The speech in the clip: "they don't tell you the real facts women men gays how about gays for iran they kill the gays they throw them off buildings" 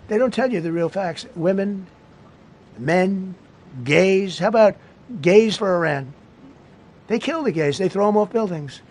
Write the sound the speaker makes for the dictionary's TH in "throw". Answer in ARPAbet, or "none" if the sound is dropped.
TH